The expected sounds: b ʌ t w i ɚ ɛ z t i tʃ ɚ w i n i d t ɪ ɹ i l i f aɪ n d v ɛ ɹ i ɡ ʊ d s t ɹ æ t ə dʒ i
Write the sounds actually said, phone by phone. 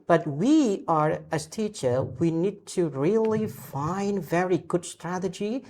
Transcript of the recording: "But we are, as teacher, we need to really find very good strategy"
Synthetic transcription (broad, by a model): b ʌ t w i ɚ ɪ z t i tʃ ɚ w i n i d t ɪ ɹ i l i f aɪ n d v ɛ ɹ i ɡ ʊ d s t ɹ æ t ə dʒ i